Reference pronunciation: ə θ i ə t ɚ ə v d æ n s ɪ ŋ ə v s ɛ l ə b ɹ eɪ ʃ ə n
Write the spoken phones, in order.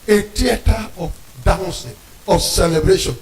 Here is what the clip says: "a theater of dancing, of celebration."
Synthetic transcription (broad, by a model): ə t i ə t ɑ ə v d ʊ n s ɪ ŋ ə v s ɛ l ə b ɹ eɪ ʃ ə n